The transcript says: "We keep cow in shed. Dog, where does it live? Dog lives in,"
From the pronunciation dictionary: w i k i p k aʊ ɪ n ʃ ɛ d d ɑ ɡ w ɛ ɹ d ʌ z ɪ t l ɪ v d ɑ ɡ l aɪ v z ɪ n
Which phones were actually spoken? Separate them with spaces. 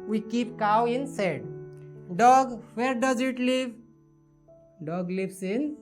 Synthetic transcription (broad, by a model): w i k i p k aʊ ɪ n s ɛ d d ɑ ɡ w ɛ ɹ d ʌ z ɪ t l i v d ɑ ɡ l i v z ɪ n